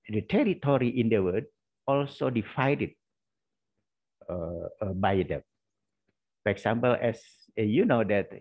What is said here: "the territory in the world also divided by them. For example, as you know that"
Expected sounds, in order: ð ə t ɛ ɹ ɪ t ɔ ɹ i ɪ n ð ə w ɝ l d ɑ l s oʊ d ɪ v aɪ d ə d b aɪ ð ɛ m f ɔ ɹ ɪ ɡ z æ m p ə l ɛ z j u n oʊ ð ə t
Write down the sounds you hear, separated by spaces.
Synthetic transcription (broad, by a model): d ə t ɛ ɹ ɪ t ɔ ɹ i ɪ n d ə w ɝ d ɑ l s oʊ d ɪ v aɪ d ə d b aɪ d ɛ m f ɔ ɹ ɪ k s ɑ m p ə l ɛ s j u n oʊ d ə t